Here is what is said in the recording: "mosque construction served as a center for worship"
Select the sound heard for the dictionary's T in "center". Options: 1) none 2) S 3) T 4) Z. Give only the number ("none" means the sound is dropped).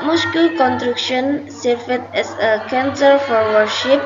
2